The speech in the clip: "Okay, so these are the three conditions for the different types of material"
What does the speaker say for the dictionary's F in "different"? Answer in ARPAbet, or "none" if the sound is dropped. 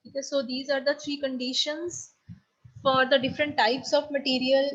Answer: F